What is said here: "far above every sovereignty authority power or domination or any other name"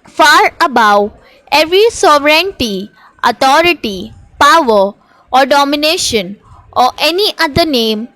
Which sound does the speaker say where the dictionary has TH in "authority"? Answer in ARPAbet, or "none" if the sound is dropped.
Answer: T